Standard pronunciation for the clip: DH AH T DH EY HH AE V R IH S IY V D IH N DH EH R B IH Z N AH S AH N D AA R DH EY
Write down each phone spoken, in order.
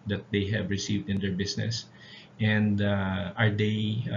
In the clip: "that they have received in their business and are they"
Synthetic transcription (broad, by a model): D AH T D EY HH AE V R IH S IY V D IH N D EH R B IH S N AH S AH N D AA R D EY